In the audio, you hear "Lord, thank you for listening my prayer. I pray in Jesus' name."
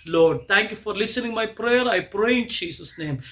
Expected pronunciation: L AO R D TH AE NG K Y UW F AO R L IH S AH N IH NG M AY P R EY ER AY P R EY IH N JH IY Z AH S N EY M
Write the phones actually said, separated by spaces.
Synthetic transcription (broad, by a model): L AO R D T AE NG K Y UW F AO R L IH S AH N IH NG M AY P R EY ER AY P R EY IH N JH IY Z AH S N EY M